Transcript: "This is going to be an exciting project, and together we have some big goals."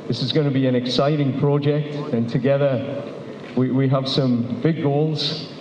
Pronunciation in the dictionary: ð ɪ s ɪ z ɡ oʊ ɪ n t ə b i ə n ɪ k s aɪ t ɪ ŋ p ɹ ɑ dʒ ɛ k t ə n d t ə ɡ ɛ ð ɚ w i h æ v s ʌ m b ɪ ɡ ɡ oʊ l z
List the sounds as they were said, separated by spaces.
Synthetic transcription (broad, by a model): ð ɪ s ɪ z ɡ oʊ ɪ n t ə b i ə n ɪ k s aɪ t ɪ ŋ p ɹ ɑ dʒ ɛ k t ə n t ə ɡ ɛ ð ɚ w i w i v s ʌ m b ɪ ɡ ɡ oʊ l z